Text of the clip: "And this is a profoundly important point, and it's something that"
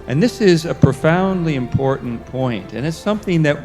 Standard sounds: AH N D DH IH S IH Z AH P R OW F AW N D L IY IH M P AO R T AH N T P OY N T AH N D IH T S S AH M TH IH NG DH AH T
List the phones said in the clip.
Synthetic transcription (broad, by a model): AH N DH IH S IH Z AH P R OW F AW N D L IY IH M P AO R T N P OY N T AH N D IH T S S AH M TH IH NG DH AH T